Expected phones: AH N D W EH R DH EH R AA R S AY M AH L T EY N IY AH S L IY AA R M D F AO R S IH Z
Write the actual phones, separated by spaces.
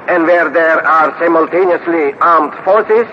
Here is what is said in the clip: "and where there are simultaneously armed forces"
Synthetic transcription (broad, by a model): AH N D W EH R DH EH R AA R S AY M AH L T EY N IY AH S L IY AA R M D F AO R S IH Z